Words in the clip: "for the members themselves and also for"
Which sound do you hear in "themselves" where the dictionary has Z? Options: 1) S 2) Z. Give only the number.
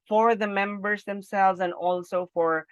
2